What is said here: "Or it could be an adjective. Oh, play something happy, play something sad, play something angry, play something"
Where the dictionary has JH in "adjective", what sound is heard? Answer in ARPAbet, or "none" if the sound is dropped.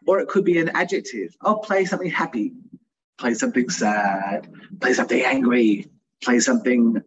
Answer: JH